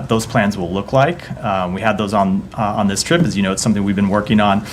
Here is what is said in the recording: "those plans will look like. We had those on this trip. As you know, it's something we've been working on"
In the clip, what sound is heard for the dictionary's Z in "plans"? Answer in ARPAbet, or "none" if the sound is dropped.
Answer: Z